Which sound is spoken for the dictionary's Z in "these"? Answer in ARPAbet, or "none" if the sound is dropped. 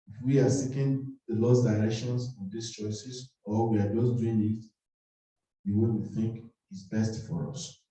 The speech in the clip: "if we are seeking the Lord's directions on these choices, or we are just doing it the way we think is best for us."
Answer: S